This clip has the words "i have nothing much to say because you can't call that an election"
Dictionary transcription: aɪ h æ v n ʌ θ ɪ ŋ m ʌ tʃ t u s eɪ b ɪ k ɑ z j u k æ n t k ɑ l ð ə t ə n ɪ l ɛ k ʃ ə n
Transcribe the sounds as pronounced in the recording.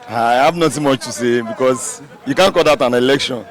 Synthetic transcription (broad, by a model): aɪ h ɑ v n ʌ t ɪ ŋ m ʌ tʃ t u s eɪ b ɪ k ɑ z j u k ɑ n k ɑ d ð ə t ə n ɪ l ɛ k ʃ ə n